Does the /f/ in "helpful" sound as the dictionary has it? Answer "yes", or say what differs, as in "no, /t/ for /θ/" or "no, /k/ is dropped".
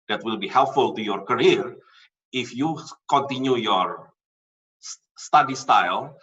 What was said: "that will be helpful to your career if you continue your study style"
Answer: yes